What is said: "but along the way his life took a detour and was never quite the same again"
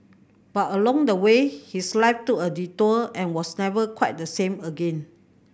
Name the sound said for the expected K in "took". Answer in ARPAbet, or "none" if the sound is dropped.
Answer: none